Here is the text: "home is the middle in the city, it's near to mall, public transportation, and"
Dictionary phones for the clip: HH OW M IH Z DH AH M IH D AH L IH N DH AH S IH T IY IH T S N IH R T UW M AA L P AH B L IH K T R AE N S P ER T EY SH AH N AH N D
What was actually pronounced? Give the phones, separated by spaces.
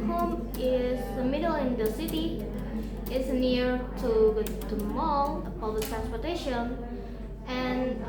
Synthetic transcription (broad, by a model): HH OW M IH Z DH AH M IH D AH L IH N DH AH S IH T IY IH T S N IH R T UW M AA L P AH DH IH T R AE N S P ER T EY SH AH N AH N